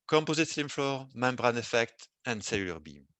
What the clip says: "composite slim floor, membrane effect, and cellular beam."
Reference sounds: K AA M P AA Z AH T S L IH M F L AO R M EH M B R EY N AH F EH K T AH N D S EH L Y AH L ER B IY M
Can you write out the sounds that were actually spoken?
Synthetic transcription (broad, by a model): K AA M P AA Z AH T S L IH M F L AO R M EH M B R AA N AH F EH K T AH N D S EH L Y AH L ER B IY M